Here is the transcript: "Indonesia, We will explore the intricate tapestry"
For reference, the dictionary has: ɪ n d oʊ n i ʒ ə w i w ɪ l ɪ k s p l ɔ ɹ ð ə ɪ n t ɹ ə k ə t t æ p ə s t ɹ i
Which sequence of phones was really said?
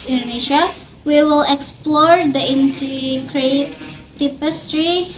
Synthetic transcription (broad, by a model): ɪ n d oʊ n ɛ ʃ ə w i w ɪ l ɪ k s p l ɔ ɹ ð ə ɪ n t ə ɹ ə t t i p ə s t ɹ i